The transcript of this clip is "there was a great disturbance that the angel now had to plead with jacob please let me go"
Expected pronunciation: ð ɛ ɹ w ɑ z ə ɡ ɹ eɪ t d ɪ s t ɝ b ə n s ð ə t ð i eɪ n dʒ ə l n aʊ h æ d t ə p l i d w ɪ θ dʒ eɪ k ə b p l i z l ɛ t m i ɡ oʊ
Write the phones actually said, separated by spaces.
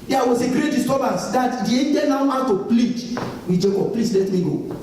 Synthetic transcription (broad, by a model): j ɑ w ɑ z ə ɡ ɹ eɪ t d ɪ s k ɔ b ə s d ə t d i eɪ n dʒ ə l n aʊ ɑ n t ə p l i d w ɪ dʒ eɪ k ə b p l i s l ɛ t m i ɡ oʊ